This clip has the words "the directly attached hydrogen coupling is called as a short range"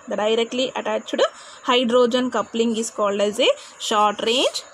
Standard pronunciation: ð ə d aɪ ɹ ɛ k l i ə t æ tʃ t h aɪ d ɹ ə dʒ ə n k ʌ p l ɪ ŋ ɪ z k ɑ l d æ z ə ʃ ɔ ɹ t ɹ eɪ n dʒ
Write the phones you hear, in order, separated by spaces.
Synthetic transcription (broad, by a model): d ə d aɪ ɹ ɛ k l i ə t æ tʃ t h aɪ d ɹ ə dʒ ə n k ʌ p l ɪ ŋ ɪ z k ɑ l d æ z ə ʃ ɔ ɹ t ɹ eɪ n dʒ